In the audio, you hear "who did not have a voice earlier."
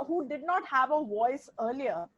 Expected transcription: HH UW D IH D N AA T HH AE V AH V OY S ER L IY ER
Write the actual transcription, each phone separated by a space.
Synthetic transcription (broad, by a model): HH UW D IH D N AA T HH AE V AH V OY S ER L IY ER